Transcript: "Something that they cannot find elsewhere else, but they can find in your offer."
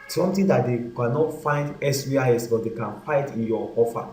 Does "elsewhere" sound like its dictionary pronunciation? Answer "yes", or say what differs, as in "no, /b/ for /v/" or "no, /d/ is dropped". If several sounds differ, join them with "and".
no, /l/ is dropped